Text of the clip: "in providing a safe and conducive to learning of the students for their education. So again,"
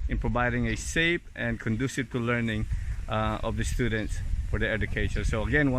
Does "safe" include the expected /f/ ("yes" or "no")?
no